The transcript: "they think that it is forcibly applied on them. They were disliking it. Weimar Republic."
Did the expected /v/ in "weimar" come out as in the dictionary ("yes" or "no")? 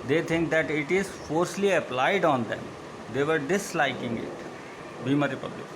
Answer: no